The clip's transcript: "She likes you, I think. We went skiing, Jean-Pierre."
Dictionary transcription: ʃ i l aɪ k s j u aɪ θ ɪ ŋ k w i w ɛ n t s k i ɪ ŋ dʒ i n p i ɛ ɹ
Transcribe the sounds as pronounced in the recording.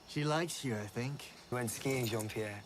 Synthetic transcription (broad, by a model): ʃ i l aɪ k s j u aɪ θ ɪ ŋ k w w ɛ n t s k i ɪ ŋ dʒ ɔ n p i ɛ